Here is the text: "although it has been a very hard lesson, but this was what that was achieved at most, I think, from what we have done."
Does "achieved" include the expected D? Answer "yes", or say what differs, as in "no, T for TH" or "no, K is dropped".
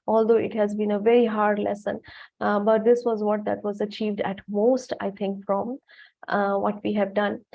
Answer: yes